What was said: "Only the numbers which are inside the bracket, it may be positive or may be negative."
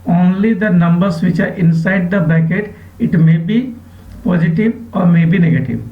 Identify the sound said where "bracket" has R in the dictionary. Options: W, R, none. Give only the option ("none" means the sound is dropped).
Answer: none